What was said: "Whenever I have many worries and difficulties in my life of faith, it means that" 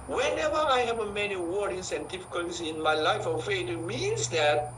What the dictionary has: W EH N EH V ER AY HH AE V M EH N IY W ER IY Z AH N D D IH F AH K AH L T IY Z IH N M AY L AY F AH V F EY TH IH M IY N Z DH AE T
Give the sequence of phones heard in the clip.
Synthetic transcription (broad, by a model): W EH N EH V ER AY HH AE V M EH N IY W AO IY S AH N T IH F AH K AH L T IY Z IH N M AY L AY F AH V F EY T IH M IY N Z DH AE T